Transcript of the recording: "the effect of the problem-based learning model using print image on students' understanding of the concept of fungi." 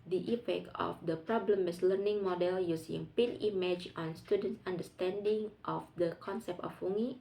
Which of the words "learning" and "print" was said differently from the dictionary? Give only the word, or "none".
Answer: print